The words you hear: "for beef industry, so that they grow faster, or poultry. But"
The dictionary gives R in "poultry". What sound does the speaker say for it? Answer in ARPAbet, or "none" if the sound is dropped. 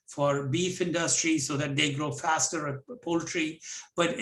R